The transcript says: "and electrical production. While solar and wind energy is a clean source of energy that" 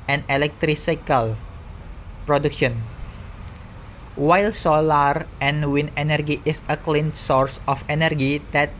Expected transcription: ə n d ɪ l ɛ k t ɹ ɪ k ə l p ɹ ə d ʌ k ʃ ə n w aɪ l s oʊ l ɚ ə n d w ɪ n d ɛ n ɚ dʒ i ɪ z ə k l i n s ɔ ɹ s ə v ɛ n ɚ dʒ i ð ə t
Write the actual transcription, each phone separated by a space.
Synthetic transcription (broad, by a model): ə n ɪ l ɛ k t ɹ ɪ k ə l p ɹ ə d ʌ k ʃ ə n w aɪ l s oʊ l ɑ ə n w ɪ n ɛ n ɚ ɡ i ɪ s ə k l i n s ɔ ɹ s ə f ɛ n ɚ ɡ i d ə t